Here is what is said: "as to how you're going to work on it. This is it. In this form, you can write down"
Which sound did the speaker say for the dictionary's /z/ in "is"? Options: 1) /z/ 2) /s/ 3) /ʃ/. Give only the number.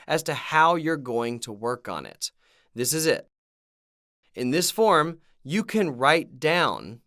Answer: 1